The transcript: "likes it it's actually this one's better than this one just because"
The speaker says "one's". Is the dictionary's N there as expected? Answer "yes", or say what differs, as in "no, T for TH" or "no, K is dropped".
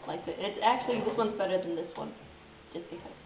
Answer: yes